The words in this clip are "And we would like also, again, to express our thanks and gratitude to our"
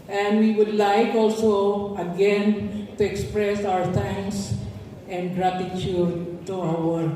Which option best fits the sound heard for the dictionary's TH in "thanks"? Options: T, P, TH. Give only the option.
T